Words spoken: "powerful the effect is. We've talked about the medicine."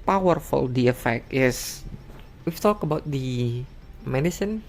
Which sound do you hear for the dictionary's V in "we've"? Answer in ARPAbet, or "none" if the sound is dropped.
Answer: F